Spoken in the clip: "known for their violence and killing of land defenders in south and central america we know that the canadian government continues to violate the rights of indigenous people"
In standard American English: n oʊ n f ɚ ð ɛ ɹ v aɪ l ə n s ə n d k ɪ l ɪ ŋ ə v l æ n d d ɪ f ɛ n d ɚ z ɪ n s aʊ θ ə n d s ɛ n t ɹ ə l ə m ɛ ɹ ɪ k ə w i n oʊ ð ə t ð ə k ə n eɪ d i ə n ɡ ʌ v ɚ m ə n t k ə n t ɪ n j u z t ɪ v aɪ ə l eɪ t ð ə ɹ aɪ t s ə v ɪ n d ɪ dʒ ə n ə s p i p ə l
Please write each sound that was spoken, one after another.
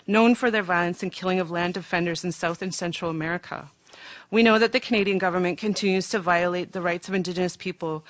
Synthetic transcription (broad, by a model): n oʊ n f ɚ ð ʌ ɹ v aɪ l ə n s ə n k ɪ l ɪ ŋ ə v l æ n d d ɪ f ɛ n d ɚ z ɪ n s aʊ θ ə n s ɛ n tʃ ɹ l ə m ɛ ɹ ɪ k ə w i n oʊ ð ə t ð ə k ə n eɪ d i ə n ɡ ʌ v ɚ m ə n k ə n t ɪ n j u z t ɪ v aɪ ə l eɪ t ð ə ɹ aɪ t s ə v ɪ n d ɪ dʒ ə n ə s p i p l